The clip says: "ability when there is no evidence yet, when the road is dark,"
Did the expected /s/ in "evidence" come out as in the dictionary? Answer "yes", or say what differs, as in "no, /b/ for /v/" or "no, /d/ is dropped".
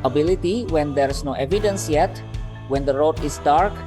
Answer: yes